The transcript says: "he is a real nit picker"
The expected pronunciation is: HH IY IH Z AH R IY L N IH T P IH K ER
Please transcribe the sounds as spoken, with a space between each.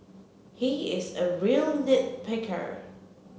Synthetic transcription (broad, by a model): HH IY IH Z AH R IY L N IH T P IH K ER